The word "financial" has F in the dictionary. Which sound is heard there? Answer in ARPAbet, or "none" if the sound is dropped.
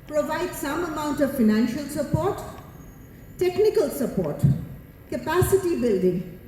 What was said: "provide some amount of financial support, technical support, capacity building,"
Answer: F